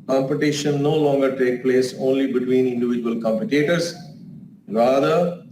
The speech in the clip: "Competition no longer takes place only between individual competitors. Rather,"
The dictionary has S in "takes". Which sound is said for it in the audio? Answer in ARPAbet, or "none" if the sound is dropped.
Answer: none